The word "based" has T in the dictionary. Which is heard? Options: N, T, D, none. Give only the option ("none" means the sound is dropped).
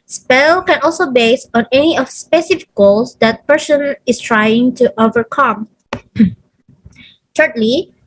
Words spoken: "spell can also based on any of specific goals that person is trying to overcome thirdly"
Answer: none